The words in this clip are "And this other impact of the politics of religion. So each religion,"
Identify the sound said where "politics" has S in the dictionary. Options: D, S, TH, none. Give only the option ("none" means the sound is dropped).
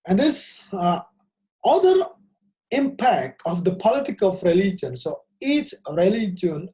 none